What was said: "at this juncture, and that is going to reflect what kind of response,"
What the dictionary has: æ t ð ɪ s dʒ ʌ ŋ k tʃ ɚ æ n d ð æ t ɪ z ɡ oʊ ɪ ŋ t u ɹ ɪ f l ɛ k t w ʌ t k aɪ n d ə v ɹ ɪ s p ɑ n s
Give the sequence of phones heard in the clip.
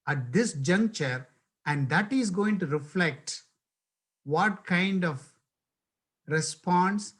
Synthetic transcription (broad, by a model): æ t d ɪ s dʒ ʌ ŋ k tʃ ɚ æ n d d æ t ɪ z ɡ oʊ ɪ ŋ t u ɹ ɪ f l ɛ k t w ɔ t k aɪ n d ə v ɹ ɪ s p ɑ n s